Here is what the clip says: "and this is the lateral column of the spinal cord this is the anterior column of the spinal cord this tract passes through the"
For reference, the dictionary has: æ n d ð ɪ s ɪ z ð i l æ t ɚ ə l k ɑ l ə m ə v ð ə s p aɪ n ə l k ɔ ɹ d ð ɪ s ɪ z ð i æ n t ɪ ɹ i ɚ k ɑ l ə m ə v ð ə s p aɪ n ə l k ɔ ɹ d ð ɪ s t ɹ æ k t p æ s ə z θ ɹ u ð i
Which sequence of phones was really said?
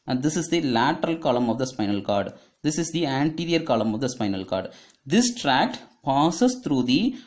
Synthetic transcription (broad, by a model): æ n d ɪ s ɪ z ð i l æ t ɚ ə l k ɑ l ə m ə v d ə s p aɪ n ə l k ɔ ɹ d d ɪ s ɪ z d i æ n t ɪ ɹ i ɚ k ɑ l ə m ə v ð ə s p aɪ n ə l k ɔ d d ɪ s t ɹ æ k t p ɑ s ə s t ɹ u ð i